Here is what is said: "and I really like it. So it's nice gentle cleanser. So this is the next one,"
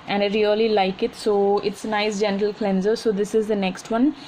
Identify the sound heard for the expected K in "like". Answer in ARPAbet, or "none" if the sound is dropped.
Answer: K